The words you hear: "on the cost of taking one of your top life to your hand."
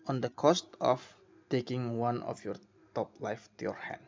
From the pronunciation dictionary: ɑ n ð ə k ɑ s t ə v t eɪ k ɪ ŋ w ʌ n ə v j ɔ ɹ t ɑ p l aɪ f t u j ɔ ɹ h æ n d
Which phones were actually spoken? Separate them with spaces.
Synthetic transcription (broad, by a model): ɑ n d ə k ɑ s t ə f t eɪ k ɪ ŋ w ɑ n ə f j ɔ ɹ t ɑ p l aɪ f t u j ɔ ɹ h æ n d